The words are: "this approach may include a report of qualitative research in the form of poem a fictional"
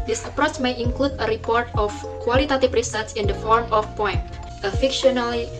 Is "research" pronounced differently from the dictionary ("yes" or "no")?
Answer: yes